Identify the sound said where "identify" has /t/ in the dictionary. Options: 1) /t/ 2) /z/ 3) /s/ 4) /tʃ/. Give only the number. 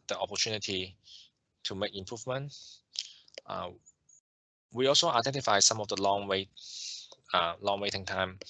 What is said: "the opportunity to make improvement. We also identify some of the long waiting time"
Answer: 1